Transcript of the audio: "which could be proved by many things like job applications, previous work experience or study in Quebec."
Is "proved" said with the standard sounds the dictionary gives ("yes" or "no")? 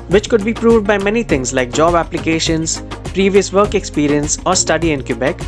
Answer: yes